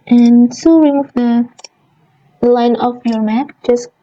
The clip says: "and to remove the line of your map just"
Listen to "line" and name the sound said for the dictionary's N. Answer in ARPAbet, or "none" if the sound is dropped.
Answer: N